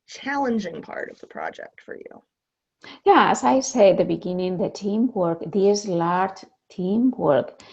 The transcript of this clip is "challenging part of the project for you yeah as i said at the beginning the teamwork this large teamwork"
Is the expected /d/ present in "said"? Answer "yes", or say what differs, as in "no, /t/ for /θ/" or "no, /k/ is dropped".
no, /d/ is dropped